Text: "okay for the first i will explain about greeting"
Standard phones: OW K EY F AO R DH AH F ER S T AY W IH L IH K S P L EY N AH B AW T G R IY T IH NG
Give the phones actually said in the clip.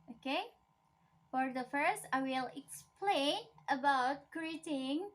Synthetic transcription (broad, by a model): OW K EY F AO R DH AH F ER S T AY W IH L IH K S P L EY N AH B AW T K R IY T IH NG